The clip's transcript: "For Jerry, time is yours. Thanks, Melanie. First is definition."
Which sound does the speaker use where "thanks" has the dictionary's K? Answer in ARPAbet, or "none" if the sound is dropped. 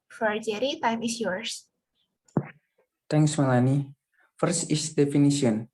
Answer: none